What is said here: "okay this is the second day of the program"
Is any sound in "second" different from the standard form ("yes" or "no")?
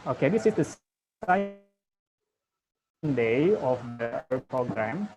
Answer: yes